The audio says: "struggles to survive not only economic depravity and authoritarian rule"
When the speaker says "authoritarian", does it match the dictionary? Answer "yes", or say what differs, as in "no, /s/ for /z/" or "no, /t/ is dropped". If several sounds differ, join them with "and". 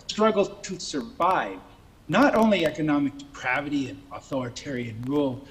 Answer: yes